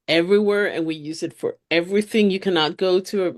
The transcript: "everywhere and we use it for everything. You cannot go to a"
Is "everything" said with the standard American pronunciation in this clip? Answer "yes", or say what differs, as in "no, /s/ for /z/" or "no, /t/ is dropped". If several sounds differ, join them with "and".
yes